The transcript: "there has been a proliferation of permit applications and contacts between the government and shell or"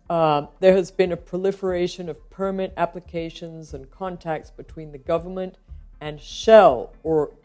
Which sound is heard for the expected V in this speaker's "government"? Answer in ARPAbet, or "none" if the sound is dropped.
V